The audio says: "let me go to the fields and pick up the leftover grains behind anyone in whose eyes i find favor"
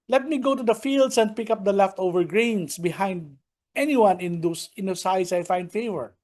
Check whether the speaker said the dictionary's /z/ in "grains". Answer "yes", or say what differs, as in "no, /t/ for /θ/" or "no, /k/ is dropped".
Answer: no, /s/ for /z/